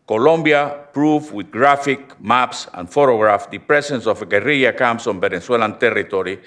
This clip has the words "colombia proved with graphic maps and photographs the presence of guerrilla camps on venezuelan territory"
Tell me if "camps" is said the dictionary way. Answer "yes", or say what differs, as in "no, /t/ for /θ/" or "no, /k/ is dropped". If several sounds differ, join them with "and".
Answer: no, /p/ is dropped